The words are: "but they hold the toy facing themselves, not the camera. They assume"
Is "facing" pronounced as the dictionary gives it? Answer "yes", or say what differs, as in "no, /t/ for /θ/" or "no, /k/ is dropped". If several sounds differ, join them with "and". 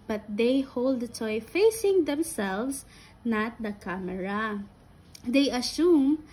yes